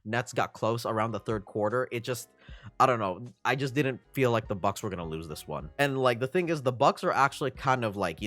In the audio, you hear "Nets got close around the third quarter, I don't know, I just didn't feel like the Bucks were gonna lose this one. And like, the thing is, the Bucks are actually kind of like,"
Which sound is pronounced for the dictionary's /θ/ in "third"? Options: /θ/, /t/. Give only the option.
/θ/